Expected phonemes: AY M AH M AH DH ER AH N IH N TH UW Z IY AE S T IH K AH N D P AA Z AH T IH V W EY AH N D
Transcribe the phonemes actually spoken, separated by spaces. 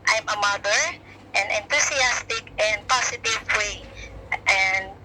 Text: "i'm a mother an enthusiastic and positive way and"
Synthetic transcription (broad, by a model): AY M AH M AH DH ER AH N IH N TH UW S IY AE S T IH K AH N D P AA S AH T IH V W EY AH N D